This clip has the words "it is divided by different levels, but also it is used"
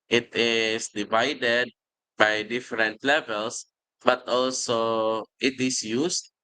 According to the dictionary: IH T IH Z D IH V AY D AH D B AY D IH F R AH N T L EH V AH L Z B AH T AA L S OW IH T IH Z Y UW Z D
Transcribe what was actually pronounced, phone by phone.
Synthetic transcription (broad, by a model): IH T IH S D IH V AY D AH D B AY D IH F R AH N T L EH V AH L S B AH T AA L S OW IH T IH S Y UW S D